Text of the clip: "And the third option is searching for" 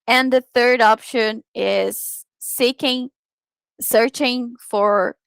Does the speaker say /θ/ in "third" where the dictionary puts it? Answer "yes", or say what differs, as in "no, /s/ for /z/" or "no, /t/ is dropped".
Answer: yes